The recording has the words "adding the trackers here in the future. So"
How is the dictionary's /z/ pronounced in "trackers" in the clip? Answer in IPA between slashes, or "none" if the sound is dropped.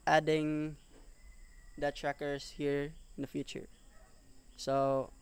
/s/